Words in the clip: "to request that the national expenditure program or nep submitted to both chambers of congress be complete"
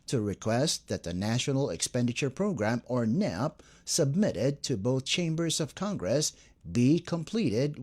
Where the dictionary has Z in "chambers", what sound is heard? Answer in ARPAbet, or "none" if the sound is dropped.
Z